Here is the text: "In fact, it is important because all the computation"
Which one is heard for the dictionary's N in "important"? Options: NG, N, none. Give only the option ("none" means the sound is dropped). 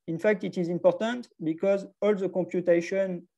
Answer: N